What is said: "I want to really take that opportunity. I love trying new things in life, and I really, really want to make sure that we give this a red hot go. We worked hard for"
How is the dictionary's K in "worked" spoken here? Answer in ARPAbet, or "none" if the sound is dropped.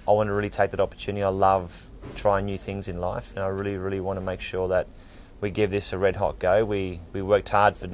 K